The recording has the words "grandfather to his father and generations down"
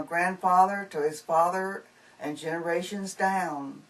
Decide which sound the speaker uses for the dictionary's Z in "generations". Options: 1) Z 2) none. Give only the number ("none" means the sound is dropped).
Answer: 1